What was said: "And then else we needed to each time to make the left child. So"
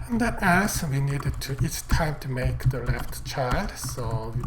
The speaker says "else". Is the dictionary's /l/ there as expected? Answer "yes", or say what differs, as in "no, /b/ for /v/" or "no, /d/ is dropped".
no, /l/ is dropped